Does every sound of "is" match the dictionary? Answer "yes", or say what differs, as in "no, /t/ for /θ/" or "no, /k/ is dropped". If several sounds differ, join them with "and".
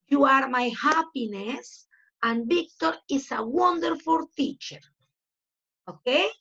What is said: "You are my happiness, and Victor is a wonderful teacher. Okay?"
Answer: no, /s/ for /z/